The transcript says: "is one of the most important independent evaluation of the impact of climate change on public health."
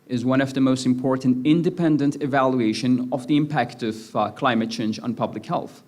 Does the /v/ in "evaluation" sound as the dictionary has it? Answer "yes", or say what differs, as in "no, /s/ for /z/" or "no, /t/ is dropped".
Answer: yes